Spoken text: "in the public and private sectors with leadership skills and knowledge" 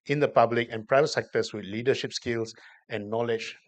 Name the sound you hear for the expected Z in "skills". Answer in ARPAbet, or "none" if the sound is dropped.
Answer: S